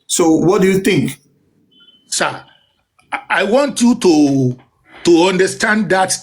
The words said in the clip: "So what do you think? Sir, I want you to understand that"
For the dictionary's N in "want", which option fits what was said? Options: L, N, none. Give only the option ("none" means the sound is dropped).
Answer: N